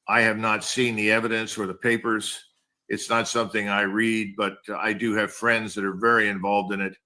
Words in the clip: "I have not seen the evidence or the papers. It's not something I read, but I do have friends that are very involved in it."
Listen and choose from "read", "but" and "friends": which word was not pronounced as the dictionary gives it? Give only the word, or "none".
none